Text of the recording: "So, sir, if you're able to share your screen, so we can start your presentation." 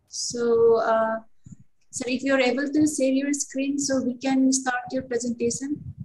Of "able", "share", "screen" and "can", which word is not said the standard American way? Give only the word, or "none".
share